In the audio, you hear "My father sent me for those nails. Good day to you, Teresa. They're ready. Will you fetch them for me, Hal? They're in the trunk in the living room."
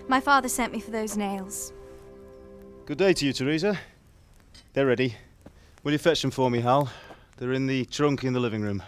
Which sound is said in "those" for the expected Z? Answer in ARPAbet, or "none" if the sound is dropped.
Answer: Z